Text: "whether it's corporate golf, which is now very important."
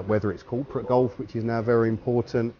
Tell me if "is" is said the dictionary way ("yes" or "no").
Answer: yes